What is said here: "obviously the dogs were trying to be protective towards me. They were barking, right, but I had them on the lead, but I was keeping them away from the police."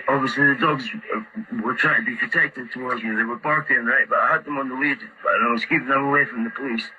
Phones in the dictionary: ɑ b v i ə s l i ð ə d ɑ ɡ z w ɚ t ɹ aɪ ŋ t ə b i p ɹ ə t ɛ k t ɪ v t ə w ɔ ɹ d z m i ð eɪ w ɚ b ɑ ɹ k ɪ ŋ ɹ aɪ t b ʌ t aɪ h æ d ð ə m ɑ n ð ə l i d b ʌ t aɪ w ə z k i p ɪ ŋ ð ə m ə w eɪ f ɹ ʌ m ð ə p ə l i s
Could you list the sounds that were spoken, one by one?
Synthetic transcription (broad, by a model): ɑ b v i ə s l i ð ə d ɑ ɡ z w ɚ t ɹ aɪ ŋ t ə b i p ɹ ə t ɛ k t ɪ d t ə w ɔ ɹ d z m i ð eɪ w ɚ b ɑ ɹ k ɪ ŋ ɹ aɪ t b ʌ t aɪ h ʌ d ð ə m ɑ n ð ə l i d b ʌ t aɪ w ə z k i p ɪ ŋ ð ə m ə w eɪ f ɹ ʌ m ð ə p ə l i s